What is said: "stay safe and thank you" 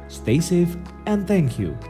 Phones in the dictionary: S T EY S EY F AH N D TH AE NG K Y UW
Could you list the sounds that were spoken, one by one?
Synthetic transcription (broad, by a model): S T EY S EY F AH N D TH AE NG K Y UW